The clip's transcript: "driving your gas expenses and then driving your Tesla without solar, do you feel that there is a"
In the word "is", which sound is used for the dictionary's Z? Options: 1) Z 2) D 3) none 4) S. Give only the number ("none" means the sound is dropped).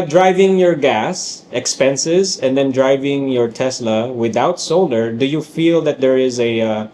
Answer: 1